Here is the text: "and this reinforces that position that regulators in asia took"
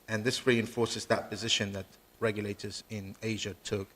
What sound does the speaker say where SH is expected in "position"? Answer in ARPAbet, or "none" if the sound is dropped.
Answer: SH